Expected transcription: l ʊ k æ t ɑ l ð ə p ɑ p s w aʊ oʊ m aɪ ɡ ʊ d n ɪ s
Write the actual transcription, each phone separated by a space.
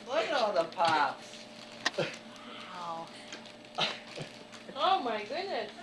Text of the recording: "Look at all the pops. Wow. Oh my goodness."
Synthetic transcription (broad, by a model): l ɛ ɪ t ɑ n ð ə p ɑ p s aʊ oʊ m aɪ ɡ ʊ d n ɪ s